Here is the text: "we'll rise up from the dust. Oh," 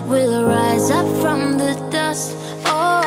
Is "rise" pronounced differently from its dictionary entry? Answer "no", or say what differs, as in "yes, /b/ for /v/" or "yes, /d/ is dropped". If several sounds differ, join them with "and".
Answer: no